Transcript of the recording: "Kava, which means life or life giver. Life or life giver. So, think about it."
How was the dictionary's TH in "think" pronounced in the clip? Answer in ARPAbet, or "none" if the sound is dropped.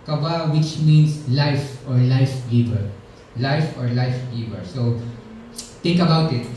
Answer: T